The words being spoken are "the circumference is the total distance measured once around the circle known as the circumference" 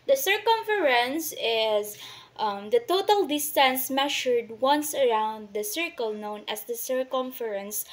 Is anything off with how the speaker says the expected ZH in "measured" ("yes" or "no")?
yes